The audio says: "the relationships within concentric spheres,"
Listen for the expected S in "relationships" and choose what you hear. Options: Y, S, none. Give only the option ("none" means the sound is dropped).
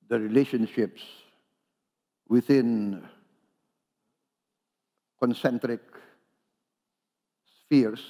S